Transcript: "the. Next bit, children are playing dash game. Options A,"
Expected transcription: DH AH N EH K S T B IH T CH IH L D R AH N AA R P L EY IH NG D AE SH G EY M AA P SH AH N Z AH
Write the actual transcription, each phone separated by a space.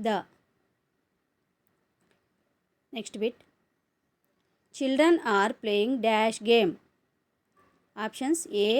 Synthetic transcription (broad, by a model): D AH N EH K S T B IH T CH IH L D R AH N AA R P L EY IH NG D AE SH G EY M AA P SH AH N S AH